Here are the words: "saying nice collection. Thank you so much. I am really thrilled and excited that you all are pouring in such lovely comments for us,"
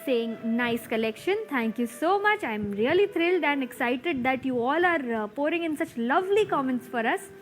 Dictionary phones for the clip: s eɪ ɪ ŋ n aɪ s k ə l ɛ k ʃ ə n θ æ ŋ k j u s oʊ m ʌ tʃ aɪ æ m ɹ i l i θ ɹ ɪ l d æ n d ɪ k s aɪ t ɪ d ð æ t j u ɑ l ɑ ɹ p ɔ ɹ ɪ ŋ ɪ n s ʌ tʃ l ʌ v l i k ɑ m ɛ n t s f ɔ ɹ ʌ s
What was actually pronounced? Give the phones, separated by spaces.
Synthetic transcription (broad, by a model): s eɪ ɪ ŋ n aɪ s k ə l ɛ k ʃ ə n t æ ŋ k j u s oʊ m ʌ tʃ aɪ m ɹ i l i t ɹ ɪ l d æ n d ɪ k s aɪ t ɪ d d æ t j u ɑ l ɑ ɹ p ɔ ɹ ɪ ŋ ɪ n s ʌ tʃ l ʌ v l i k ɑ m ɛ n t s f ɔ ɹ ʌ s